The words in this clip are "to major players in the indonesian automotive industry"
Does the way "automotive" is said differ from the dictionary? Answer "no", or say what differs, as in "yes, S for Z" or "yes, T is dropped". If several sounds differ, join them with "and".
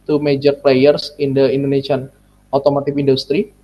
yes, P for V